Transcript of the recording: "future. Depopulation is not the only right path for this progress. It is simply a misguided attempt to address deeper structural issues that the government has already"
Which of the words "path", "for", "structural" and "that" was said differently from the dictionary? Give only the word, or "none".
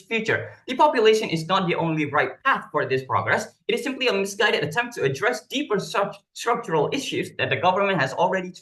none